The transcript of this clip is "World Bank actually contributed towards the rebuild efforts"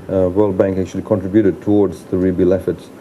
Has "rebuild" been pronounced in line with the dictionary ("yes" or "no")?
no